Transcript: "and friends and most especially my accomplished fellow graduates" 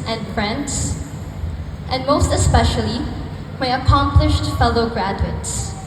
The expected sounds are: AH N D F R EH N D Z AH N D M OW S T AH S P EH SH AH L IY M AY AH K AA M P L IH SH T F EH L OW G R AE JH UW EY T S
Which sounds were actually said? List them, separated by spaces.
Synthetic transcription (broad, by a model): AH N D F R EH N D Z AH N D M OW S T AH S P EH SH AH L IY M AY AH K AA M P L IH SH T F EH L OW G R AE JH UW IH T S